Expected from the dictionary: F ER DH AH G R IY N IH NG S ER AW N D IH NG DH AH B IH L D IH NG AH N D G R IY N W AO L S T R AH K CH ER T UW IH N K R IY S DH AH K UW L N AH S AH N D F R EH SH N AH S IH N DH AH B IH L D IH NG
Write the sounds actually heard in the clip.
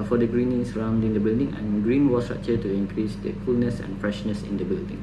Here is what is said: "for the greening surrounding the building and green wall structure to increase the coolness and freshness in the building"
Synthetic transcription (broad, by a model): F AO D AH G R IY N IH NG S ER AW N D IH NG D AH B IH L D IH NG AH N G R IY N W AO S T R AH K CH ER T UW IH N K R IY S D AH K UW L N AH S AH N F R EH SH N AH S IH N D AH B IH L D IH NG